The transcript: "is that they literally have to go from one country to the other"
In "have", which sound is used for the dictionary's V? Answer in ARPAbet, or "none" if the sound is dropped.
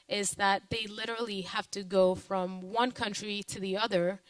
F